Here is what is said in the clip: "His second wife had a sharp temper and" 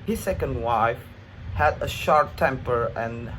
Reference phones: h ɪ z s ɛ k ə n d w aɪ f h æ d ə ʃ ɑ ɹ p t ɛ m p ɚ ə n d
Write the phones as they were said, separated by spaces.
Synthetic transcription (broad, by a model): h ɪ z s ɛ k ə n d w aɪ f h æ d ə ʃ ɑ ɹ p t ɛ m p ɚ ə n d